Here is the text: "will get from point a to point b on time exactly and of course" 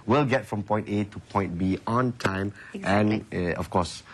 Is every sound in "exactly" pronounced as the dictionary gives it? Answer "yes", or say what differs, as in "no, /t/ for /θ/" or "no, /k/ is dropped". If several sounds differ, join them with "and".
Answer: no, /l/ is dropped